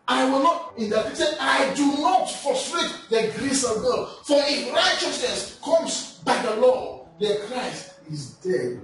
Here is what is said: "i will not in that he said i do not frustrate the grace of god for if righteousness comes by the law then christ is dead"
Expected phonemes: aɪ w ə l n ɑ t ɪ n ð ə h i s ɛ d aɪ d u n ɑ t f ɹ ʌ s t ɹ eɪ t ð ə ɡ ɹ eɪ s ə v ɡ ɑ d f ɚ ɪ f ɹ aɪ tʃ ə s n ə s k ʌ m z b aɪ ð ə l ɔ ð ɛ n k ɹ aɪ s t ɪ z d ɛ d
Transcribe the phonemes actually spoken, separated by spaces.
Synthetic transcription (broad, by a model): aɪ w ə l n ɑ t ɪ n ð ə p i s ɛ aɪ d u n ɑ t f ɔ s t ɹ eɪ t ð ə ɡ ɹ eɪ s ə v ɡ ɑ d f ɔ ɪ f ɹ aɪ tʃ ə s n ə s k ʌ m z b aɪ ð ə l ɔ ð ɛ k ɹ aɪ s t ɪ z d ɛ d